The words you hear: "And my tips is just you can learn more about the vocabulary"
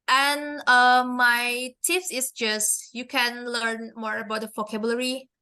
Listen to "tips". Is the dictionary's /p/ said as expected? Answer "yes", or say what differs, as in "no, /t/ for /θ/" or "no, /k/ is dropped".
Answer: no, /f/ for /p/